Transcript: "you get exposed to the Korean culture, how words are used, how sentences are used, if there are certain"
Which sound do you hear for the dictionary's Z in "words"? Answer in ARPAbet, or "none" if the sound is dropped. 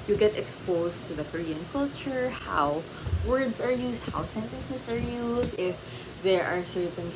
S